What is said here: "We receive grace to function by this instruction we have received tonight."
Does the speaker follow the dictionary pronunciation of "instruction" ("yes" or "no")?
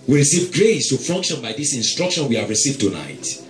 yes